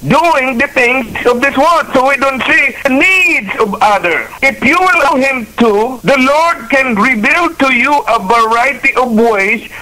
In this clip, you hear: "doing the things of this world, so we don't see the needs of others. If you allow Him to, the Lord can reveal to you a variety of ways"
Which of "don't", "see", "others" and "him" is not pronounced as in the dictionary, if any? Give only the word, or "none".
others